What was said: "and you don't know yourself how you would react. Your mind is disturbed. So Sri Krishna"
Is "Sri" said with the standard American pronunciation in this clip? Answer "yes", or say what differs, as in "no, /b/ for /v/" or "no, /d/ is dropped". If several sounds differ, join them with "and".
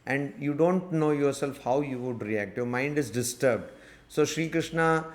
yes